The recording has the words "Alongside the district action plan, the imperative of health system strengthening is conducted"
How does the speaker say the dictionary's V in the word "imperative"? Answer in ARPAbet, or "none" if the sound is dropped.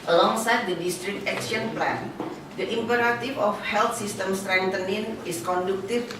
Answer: F